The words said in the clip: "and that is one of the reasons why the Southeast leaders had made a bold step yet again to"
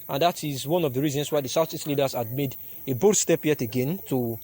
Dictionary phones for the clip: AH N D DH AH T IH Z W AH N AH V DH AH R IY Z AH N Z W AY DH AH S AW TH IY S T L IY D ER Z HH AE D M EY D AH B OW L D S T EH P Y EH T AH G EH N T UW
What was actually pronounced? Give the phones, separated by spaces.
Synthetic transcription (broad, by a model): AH N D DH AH T IH Z W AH N AH V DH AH R IY Z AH N S W AY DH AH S AW S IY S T L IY D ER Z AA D M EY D AH B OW D S T EH P Y EH T AH G EH N T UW